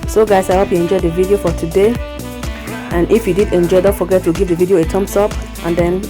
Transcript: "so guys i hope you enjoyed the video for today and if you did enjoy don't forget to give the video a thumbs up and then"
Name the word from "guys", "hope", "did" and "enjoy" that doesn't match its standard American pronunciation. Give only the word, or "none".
guys